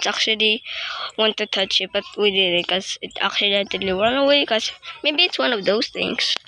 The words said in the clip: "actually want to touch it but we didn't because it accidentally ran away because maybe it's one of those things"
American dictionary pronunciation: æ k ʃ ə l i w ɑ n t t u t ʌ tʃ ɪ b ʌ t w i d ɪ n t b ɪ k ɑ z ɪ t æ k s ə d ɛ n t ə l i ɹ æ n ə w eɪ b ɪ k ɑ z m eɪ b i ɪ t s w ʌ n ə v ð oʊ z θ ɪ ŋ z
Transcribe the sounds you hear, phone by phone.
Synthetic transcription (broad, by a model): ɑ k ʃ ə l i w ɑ n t t u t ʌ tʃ ɪ b ʌ t w i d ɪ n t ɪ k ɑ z ɪ t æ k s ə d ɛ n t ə l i w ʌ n ə w eɪ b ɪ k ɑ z m eɪ b i ɪ t s w ʌ n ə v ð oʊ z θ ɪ ŋ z